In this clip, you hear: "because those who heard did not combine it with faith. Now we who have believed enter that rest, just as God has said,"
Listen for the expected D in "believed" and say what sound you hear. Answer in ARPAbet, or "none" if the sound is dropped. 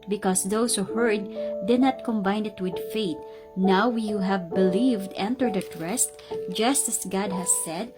D